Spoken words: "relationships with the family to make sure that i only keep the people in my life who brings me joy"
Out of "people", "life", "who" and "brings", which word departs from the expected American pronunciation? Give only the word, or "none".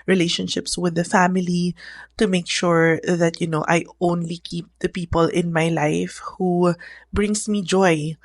brings